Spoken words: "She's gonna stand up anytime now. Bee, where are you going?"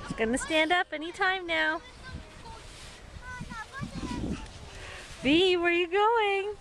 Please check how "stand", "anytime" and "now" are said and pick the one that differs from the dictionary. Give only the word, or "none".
none